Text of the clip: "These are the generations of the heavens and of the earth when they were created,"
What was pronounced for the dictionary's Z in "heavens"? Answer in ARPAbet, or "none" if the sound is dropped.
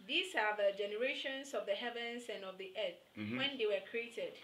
S